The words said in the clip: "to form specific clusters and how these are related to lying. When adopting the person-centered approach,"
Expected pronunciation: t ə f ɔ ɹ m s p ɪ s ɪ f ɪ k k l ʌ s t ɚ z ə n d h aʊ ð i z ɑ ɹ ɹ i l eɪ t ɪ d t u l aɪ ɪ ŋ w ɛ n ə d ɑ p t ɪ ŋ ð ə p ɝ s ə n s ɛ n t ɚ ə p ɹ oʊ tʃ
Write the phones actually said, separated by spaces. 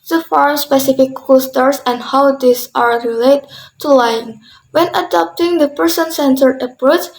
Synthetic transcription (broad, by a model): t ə f ɔ ɹ m s p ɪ s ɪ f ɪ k k ɔ s t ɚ s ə n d h aʊ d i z ɑ ɹ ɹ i l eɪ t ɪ t u l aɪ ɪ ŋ w ɛ n ə d ɑ p t ɪ ŋ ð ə p ɝ s ə n s ɛ n t ɚ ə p ɹ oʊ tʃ